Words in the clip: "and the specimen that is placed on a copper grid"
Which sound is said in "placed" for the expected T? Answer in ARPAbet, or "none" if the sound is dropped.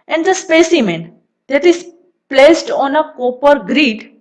T